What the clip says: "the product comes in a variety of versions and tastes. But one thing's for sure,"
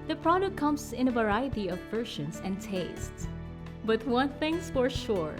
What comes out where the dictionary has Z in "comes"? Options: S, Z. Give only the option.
S